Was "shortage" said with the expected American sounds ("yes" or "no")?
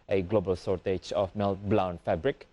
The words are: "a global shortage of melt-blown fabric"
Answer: no